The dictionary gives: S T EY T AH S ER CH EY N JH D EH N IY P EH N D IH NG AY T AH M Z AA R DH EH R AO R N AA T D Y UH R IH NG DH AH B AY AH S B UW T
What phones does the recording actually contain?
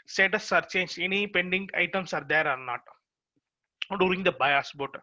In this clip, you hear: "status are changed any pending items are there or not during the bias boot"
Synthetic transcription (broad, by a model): S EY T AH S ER CH EY N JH EH N IY P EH N D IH NG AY T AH M S AA R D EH R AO R N AA T D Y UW R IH NG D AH B AY AH S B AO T